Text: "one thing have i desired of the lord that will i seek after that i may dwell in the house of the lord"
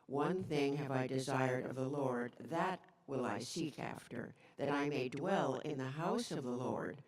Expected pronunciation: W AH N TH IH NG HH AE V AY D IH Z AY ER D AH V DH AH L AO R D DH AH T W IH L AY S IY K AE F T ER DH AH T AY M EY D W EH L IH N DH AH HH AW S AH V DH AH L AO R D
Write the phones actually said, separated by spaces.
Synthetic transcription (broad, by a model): W AH N TH IH NG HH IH V AY D IH Z AY ER D AH V DH AH L AO R D DH AH T W IH L AY S IY K AE F T ER DH AH T AY M EY D W EH L IH N DH AH HH AW S AH V DH AH L AO R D